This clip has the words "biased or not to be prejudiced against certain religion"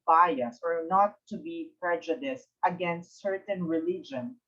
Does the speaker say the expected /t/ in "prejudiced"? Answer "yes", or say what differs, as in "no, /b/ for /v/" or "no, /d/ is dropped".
yes